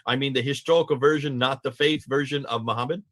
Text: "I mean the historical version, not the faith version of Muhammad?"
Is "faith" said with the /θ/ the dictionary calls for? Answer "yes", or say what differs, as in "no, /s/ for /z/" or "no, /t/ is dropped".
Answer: yes